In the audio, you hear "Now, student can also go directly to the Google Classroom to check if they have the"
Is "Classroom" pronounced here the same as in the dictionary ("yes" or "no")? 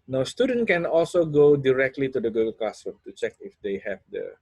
no